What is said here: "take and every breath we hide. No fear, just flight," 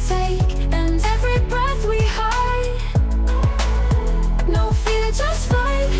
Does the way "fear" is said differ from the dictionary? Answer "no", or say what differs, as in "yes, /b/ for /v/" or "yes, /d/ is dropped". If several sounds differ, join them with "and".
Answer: yes, /l/ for /ɹ/